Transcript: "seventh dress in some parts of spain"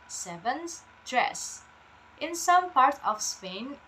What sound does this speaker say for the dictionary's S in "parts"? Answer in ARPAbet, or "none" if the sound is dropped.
none